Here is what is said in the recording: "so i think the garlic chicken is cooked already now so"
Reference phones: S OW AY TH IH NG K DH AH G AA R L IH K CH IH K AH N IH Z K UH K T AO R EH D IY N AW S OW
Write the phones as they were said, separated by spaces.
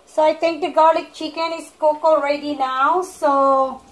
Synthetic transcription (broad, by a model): S OW AY T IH NG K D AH G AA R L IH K CH IH K AH N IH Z K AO K AO R EH D IY N AW S OW